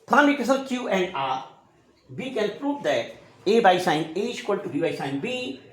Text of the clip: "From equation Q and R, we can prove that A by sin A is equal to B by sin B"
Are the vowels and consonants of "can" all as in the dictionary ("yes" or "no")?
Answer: no